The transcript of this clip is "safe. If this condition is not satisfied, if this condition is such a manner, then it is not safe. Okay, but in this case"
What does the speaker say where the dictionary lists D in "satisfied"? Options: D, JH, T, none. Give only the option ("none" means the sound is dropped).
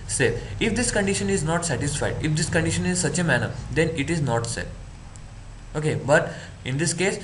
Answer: D